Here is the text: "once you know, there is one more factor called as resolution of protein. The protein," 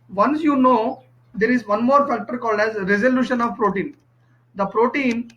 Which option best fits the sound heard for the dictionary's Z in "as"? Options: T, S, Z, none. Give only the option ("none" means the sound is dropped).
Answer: Z